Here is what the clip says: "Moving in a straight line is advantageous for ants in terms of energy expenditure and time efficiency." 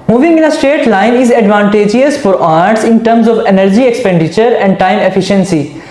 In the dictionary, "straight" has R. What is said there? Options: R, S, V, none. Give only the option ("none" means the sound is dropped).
none